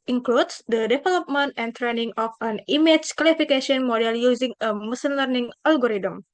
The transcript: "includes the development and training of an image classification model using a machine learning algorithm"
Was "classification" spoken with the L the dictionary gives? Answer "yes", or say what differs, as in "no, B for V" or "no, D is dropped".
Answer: no, W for L